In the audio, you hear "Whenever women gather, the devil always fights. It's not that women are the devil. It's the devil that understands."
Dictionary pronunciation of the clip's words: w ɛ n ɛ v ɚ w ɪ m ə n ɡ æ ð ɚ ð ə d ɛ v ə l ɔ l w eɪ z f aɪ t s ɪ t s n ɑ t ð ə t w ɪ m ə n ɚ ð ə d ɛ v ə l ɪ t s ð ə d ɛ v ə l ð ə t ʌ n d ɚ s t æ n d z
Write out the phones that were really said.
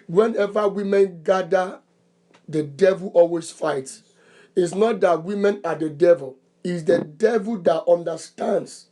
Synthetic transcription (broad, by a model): w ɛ n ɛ v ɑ w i m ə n ɡ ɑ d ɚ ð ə d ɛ v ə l ɔ l w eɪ s f aɪ t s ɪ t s n ɑ t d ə t w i m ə n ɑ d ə d ɛ v ə l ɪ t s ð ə d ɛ v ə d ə t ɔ n d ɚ s t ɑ n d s